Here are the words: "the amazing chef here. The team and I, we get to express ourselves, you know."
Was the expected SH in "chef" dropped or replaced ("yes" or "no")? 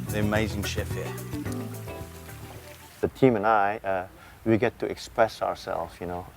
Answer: no